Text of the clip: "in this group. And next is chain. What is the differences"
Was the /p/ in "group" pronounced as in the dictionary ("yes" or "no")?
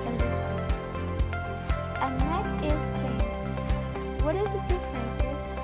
no